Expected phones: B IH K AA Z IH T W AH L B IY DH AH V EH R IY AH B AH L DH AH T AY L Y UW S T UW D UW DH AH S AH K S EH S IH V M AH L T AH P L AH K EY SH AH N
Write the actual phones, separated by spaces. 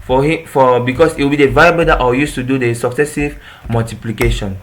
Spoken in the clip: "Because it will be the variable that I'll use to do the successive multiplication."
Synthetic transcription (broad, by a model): B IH K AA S IH T W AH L B IY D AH V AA IY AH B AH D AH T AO Y UW S T UW D UW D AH S AH K S EH S IH V M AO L T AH P L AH K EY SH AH N